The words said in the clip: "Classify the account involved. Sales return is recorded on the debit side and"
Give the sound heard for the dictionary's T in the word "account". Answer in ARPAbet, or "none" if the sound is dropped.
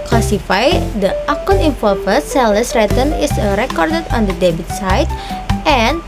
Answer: none